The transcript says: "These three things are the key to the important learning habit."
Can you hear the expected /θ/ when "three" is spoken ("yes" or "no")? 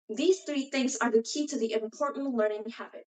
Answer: yes